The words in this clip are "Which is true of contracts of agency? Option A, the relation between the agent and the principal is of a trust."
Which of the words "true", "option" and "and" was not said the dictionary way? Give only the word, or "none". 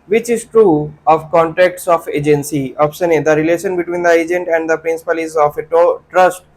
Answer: option